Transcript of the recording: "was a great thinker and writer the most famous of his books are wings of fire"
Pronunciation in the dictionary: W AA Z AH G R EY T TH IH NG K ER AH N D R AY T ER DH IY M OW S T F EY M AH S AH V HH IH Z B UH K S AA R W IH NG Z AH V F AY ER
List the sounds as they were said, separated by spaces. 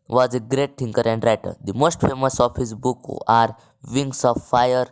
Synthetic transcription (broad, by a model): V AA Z AH G R EY T T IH NG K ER AH N D R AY T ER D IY M OW S T F EY M AH S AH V HH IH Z B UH K AA R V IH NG S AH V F AY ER